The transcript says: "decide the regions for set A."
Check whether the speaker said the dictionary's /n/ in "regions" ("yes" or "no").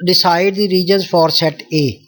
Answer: yes